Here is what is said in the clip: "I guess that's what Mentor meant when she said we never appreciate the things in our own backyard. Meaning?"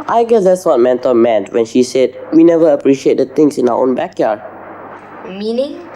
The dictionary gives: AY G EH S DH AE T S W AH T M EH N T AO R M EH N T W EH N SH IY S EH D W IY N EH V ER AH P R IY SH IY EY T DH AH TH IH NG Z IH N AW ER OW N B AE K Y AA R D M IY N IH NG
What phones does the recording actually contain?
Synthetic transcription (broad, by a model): AY G EH S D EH T S W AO T M EH N T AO L M EH N T W EH N SH IY S EH D W IY N EH V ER AH P R IY SH IY EY T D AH T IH NG S IH N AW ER OW N B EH K Y AA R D M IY N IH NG